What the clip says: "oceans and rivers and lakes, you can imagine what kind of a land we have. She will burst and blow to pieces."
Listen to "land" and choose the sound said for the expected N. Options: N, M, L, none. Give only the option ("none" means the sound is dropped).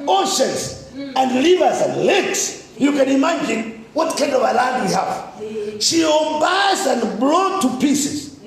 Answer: none